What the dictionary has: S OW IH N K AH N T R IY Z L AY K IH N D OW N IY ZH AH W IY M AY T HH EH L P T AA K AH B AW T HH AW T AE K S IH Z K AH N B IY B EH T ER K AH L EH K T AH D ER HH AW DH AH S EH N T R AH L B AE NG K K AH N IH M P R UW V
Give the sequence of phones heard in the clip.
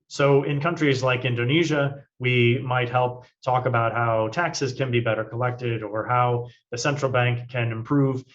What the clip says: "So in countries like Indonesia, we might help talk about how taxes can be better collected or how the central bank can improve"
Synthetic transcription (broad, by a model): S OW IH N K AH N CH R IY Z L AY K IH N D OW N IY ZH AH W IY M AY T HH EH L P T AA K AH B AW T HH AW T AE K S IH Z K AH N B IY B EH T ER K AH L EH K T AH D ER HH AW DH AH S EH N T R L B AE NG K K AH N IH M P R UW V